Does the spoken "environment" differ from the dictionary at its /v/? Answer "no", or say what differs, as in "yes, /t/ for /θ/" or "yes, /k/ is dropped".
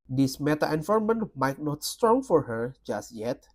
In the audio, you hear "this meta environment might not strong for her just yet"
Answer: yes, /f/ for /v/